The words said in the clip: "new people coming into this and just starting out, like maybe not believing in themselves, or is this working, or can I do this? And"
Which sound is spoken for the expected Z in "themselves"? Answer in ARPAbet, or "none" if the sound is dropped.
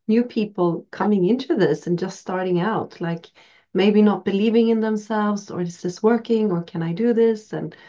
Z